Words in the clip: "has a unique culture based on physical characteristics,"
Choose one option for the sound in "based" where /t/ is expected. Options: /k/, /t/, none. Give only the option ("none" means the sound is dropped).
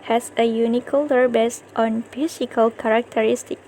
/t/